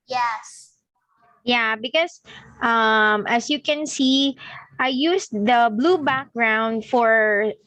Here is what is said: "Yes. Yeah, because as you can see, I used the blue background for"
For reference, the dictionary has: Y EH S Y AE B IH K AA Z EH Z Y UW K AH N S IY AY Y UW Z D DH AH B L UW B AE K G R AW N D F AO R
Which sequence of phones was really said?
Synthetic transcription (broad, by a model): Y EH S Y AE B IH K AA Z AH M Y UW K AH N S IY AY Y UW S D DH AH B L UW B AE K G R AW N D F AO R